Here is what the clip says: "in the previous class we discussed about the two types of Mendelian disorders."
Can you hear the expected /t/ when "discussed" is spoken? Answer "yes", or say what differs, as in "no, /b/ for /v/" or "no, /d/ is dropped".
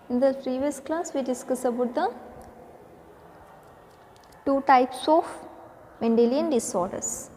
no, /t/ is dropped